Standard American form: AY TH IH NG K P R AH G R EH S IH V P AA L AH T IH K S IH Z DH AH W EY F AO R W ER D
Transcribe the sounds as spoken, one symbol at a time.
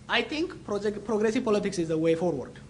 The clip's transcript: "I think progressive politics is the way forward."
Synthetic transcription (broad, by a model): AY T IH NG K P R AH G R EH S IH V P AA L AH T IH K S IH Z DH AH W EY F AO R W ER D